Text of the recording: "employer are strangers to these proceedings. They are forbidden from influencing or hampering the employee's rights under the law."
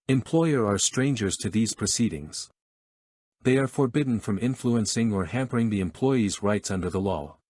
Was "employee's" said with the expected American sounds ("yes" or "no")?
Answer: yes